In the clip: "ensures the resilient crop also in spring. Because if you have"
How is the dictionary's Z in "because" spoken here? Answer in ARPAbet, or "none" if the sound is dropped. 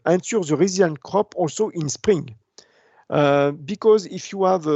Z